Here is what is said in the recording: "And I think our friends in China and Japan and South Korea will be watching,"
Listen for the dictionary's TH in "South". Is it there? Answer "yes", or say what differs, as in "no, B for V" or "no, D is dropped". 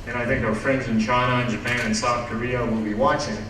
yes